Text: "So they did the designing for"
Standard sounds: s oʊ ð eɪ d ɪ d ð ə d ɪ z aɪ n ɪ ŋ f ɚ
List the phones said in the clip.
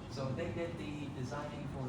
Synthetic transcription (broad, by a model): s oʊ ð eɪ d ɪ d ð ə d ɪ z aɪ n ɪ ŋ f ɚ